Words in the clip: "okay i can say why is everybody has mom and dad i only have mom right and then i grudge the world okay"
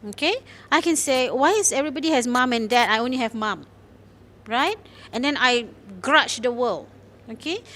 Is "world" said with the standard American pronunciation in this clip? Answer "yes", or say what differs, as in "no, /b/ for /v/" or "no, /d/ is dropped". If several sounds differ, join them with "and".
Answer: no, /d/ is dropped